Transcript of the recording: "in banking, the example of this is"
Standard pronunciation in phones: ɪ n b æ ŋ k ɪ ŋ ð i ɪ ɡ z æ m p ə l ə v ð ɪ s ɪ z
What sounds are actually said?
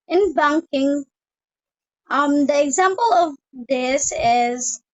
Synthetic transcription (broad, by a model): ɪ n b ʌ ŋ k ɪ ŋ ð i ɪ ɡ z æ m p ə l ə v ð ɪ s ɪ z